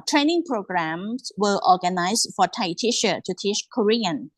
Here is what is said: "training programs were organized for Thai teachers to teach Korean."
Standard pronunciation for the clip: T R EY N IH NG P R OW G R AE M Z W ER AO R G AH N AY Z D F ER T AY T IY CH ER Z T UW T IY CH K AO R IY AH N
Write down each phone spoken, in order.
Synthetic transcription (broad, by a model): T R EY N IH NG P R OW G R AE M S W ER AO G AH N AY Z F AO T AY T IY SH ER T UW T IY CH K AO R IY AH N